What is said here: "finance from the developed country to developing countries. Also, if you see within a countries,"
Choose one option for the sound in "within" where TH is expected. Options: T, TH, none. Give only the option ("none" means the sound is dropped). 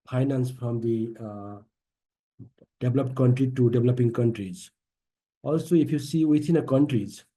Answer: T